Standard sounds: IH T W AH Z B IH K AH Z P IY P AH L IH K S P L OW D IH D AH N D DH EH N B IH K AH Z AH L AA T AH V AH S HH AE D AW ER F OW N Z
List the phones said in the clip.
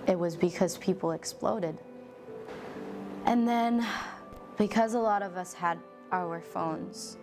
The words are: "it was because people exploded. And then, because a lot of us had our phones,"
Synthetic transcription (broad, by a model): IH T W AH Z B IH K AH Z P IY P L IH K S P L OW D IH D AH N DH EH N B IH K AH Z AH L AA T AH V AH S HH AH D AW ER F OW N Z